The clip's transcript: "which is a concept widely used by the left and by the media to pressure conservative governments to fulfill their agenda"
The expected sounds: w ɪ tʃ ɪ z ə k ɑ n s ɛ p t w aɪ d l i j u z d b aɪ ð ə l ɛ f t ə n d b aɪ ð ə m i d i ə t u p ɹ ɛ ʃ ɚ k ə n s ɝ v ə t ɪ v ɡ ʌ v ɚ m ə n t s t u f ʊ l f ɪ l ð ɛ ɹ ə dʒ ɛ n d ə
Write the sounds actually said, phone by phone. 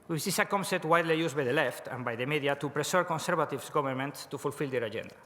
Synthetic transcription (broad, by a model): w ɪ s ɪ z ə k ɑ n s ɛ t w aɪ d l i j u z b aɪ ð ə l ɛ f t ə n b aɪ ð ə m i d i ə t u p ɹ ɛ s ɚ k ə n s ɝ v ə t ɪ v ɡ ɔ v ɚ m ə n t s t u f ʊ l f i l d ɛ ɹ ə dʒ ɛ n d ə